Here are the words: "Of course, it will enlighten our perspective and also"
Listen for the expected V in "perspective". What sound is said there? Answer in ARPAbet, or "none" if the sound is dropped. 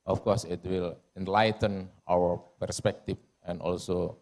F